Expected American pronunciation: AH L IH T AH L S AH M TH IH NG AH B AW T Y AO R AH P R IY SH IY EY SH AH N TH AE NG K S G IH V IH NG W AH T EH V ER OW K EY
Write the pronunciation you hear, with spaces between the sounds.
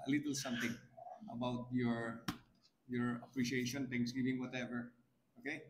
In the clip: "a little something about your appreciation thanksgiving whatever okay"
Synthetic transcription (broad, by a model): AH L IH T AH L S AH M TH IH NG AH B AW T Y AO R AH P R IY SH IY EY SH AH N T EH NG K S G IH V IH NG W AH T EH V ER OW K EY